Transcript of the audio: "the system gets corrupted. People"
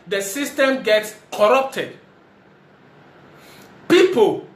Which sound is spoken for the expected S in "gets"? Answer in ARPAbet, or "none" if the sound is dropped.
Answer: S